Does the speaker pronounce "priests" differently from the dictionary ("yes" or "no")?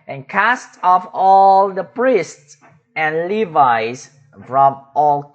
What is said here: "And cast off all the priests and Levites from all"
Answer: no